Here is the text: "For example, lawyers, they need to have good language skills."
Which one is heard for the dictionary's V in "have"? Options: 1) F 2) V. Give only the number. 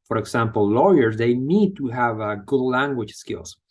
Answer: 2